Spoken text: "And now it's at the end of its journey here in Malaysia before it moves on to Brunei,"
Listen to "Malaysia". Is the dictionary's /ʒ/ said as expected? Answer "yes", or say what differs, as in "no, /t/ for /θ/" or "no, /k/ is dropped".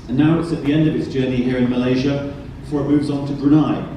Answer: yes